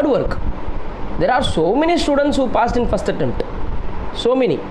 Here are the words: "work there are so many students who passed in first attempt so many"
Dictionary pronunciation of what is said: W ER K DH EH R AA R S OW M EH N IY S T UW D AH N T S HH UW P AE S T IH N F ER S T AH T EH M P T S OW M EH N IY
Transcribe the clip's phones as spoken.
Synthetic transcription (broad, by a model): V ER K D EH R AA R S OW M EH N IY S T UW D AH N T S HH UW P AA S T IH N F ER S T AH T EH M T S OW M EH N IY